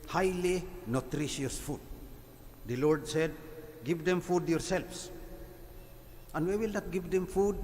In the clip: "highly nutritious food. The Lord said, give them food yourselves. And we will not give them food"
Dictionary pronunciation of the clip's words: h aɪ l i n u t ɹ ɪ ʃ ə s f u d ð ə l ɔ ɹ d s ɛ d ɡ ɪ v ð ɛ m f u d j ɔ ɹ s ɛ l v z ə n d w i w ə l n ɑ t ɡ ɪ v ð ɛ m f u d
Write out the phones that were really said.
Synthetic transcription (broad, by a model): h aɪ l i n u t ɹ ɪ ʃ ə s f u d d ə l ɔ ɹ d s ɛ d ɡ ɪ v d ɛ m f u d j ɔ ɹ s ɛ l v s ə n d w i w ə l n ɑ t ɡ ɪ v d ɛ m f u d